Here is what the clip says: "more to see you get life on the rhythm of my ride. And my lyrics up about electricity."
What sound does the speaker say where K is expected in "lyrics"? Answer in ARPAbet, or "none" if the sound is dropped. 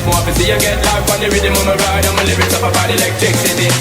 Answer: none